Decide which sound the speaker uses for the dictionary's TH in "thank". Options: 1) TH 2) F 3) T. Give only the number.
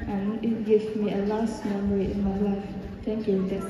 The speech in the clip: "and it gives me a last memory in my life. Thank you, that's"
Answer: 3